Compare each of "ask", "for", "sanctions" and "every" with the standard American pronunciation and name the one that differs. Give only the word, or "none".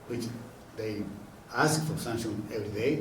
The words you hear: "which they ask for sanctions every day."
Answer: sanctions